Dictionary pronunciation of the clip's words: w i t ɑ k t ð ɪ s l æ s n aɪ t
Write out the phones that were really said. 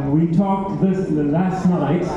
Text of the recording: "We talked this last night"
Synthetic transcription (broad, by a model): w i t ɑ k t ð ɪ s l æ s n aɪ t